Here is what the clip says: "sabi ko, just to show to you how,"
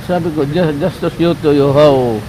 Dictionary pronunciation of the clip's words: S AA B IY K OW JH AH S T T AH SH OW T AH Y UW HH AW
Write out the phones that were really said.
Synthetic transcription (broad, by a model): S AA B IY K OW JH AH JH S T AH S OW T AH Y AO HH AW